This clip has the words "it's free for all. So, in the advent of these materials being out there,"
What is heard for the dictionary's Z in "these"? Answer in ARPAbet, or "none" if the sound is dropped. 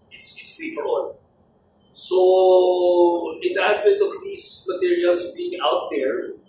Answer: S